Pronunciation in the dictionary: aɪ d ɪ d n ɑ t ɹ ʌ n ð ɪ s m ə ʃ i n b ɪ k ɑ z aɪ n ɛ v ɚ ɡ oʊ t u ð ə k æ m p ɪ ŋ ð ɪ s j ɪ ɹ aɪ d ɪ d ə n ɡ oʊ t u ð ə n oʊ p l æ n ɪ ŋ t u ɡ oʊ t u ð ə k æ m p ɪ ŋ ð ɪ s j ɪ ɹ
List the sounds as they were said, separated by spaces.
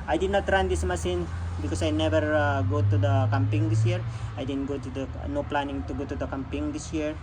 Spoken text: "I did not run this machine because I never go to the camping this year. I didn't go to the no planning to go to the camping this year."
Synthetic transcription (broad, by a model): aɪ d ɪ d n ɑ t ɹ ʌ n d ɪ s m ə s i n b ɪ k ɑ s aɪ n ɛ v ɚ ɡ oʊ t u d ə k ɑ m p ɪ ŋ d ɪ s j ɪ ɹ aɪ d ɪ d ə n ɡ oʊ t u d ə n oʊ p l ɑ n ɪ ŋ t u ɡ oʊ t u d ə k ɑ m p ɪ ŋ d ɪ s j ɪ ɹ